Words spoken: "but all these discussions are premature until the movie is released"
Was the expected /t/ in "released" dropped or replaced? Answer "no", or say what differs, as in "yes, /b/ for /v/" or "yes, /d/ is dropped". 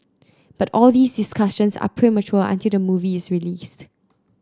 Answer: no